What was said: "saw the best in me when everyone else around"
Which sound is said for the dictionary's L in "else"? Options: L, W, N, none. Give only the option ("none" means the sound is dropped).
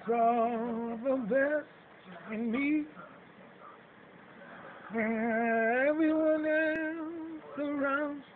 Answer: none